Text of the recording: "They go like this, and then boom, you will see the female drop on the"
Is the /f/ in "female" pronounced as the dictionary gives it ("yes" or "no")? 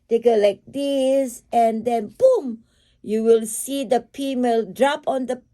no